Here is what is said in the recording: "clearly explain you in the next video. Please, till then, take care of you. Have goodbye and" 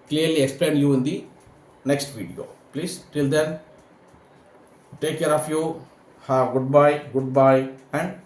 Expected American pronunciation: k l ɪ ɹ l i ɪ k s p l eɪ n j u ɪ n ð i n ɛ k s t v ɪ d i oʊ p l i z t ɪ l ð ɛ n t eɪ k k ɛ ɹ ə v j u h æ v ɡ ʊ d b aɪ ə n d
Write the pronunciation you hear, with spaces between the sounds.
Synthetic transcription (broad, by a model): k l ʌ ɹ l i ɪ k s p l eɪ n j u ɪ n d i n ɛ k s t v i d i oʊ p l i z t ɪ l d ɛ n t eɪ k k ɛ ɹ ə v j u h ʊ b ɡ ʊ d b aɪ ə n d